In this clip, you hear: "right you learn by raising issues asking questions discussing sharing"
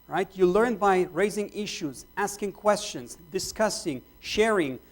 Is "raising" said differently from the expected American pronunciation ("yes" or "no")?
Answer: no